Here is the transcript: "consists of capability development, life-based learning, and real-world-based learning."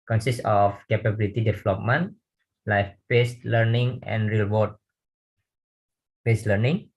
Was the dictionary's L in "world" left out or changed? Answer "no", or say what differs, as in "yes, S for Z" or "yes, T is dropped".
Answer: yes, L is dropped